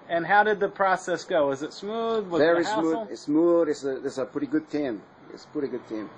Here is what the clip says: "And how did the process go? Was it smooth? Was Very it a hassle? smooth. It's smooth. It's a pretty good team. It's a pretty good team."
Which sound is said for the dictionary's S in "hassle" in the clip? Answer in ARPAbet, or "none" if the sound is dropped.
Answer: none